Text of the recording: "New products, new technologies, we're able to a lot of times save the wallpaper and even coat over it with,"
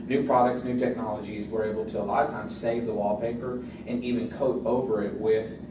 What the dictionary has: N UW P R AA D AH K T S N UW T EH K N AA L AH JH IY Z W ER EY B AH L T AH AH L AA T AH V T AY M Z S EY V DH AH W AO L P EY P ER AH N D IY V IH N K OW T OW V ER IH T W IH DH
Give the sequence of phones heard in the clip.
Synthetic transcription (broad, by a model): N UW P R AA D AH K T S N UW T EH K N AA L AH JH IY Z W ER EY B L T AH AH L AA AH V T AY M S EY V DH AH W AO L P EY P ER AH N IY V IH N K OW T OW V ER IH T W IH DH